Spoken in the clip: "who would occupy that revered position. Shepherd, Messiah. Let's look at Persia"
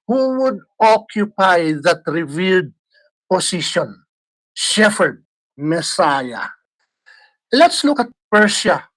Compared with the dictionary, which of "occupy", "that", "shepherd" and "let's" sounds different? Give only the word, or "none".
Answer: shepherd